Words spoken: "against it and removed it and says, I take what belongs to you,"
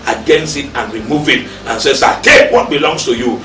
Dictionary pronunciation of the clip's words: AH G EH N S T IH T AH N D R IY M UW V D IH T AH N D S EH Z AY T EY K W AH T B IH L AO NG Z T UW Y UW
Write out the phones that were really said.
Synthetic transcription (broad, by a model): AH G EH N S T IH T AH N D R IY M UW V IH T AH N S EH S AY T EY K W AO T B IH L AO NG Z T UW Y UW